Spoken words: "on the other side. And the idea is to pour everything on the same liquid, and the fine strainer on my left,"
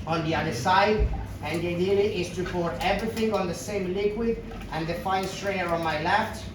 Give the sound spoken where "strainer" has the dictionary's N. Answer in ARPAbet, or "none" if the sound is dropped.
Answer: none